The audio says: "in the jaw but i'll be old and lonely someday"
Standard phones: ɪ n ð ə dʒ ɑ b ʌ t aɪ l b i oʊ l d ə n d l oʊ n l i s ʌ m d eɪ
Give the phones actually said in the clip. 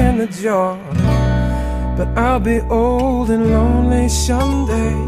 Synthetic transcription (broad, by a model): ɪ n ð ə dʒ ɑ b ʌ t aɪ l b i oʊ l d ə n l oʊ n l i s ʌ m d eɪ